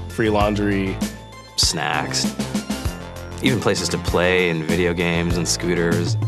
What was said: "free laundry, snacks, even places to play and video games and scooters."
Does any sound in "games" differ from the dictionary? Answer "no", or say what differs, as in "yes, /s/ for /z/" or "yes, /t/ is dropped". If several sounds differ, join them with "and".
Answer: no